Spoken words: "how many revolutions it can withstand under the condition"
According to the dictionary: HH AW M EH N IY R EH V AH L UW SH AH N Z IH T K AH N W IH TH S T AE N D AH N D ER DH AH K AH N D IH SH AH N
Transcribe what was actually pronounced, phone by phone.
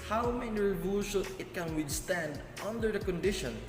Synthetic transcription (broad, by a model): HH AW M EH N IY R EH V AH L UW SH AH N IH T K AH N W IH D S T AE N D AH N D ER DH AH K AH N D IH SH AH N